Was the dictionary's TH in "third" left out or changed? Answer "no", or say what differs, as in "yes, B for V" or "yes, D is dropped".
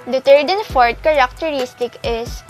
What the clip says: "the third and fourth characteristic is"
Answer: yes, T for TH